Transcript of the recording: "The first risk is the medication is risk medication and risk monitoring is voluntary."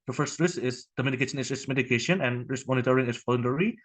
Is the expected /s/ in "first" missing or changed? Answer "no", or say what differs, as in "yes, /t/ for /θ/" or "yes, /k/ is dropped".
no